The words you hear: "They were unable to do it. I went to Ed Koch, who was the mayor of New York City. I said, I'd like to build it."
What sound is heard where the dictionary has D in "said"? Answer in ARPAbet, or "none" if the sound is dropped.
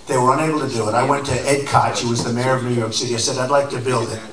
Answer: D